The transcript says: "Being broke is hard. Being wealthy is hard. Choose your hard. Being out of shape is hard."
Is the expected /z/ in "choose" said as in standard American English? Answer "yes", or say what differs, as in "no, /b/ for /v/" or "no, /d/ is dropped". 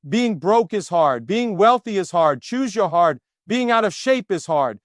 yes